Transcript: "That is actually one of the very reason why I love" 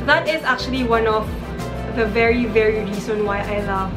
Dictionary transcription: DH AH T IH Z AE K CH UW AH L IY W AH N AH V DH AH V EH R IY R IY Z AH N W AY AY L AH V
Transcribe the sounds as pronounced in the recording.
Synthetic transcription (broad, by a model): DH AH T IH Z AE K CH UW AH L IY W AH N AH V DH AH V EH R IY R IY S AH N W AY AY L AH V